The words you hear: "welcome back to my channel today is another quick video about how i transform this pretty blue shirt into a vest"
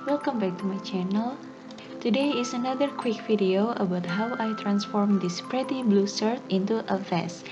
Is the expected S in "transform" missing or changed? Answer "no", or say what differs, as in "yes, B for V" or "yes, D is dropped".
no